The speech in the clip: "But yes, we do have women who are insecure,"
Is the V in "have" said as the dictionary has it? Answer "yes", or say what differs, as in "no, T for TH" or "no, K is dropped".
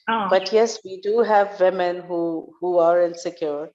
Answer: yes